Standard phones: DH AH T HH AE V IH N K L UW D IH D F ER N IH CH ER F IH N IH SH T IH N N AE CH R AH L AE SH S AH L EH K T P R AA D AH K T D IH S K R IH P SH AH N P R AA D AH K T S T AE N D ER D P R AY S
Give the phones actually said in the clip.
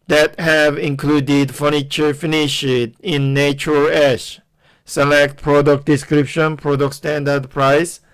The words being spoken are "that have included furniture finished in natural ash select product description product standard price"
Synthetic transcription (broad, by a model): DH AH T HH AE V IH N K L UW D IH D F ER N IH CH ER F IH N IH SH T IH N N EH CH AH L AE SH S AH L EH K T P R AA D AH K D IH S K R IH P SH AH N P R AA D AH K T S T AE N D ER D P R AY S